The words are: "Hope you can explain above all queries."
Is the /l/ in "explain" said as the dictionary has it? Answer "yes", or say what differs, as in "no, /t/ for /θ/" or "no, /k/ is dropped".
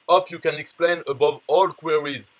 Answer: yes